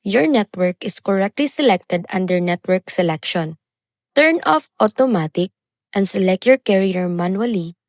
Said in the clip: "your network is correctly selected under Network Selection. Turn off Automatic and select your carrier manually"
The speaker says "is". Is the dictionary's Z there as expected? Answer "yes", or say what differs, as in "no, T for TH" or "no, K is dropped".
no, S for Z